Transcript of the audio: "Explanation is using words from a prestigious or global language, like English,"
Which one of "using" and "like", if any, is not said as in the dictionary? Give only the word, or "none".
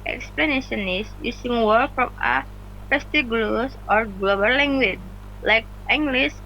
using